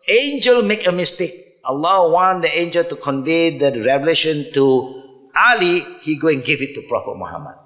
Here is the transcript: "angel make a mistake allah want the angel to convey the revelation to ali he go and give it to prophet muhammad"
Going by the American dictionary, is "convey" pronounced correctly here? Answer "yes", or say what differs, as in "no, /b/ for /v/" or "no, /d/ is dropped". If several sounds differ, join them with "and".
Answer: yes